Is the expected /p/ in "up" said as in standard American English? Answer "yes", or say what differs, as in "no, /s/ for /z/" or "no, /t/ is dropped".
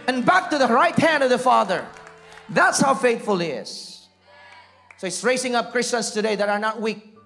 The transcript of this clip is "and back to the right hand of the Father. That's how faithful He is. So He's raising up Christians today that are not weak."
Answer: yes